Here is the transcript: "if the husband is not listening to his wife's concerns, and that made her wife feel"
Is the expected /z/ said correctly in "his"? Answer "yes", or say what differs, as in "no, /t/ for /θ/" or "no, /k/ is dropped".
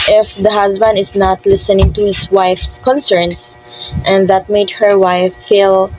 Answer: no, /s/ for /z/